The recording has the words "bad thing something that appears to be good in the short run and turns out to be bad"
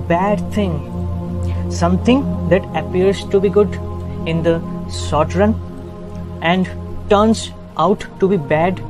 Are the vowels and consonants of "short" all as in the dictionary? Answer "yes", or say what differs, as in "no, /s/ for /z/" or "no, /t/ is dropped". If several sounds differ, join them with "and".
no, /s/ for /ʃ/